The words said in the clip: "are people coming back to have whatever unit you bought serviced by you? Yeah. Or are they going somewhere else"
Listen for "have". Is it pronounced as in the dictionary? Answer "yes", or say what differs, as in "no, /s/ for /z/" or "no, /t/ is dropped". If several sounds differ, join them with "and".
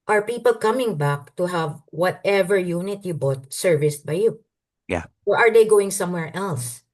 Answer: yes